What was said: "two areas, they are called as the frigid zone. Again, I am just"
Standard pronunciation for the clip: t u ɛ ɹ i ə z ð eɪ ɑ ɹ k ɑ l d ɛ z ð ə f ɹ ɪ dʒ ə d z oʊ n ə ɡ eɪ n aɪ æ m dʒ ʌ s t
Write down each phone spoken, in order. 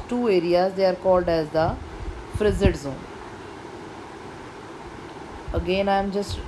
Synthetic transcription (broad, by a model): t u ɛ ɹ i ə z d eɪ ɑ ɹ k ɑ l d ɛ z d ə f ɹ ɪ z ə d z oʊ n ə ɡ eɪ n aɪ m dʒ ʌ s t